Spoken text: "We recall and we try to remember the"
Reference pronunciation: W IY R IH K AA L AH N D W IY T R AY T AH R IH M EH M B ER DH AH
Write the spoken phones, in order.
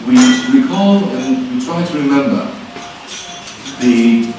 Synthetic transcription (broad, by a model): W IY W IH K AA L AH N W IY T R AY T AH R IH M EH M B ER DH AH